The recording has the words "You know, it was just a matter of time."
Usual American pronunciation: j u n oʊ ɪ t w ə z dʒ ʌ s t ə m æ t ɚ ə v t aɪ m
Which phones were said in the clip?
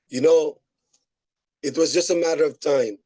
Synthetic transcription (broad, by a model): j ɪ n oʊ ɪ t w ə z dʒ ʌ s t ə m æ t ɚ ə v t aɪ m